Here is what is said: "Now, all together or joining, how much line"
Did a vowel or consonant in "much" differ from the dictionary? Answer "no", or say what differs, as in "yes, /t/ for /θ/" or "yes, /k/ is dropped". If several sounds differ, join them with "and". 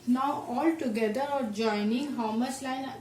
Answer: yes, /s/ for /tʃ/